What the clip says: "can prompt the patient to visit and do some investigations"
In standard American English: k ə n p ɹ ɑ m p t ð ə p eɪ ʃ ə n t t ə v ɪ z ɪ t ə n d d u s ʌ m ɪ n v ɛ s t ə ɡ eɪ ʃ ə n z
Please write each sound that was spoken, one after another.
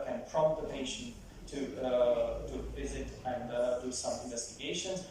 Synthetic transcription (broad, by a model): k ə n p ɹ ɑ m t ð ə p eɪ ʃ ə n t t ə v ɪ z ɪ t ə n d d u s ʌ m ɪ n v ɛ s t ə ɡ eɪ ʃ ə n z